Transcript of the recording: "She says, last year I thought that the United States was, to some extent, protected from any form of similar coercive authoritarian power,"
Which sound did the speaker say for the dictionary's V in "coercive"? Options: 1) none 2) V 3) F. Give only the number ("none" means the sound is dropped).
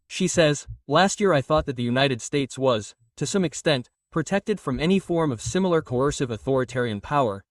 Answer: 2